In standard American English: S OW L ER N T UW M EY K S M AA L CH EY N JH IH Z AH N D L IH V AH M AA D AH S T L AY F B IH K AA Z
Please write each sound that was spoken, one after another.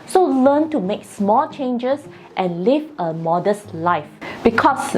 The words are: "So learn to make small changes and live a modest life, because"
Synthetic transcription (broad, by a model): S OW L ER N T UW M EY K S M AA L CH EY N JH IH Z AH N L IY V AH M AA D AH S T L AY F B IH K AA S